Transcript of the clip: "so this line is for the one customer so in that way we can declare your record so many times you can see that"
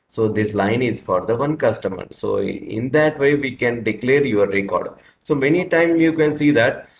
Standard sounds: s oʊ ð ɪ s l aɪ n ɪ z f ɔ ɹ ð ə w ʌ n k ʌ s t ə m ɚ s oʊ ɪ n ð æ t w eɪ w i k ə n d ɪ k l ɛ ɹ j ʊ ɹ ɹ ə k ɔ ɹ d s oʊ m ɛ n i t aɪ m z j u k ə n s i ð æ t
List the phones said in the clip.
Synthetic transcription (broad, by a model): s oʊ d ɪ s l aɪ n ɪ z f ɔ ɹ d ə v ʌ n k ʌ s t ə m ɚ s oʊ ɪ n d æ t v eɪ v i k ə n d ɪ k l ɛ ɹ j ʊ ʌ ɹ ə k ɔ ɹ d s oʊ m ɛ n i t aɪ m j u k ə n s i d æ t